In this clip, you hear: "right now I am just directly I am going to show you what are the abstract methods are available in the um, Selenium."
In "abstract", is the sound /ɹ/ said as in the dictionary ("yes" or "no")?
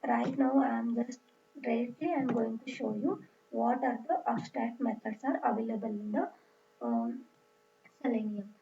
no